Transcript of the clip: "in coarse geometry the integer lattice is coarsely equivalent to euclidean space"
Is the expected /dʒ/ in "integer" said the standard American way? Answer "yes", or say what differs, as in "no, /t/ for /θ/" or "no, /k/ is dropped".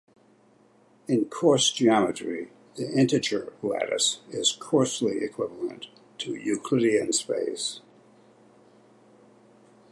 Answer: no, /tʃ/ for /dʒ/